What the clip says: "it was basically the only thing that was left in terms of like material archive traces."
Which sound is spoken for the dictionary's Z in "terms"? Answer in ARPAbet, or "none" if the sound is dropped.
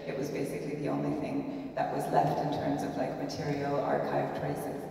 Z